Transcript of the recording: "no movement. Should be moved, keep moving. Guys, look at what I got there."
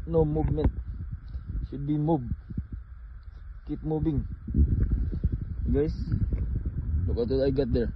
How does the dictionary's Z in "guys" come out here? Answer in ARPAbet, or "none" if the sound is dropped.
S